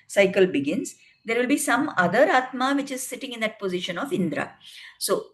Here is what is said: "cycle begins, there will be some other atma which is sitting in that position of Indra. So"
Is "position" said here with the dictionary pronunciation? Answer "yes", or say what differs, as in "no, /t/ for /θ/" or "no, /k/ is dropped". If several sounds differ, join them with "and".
yes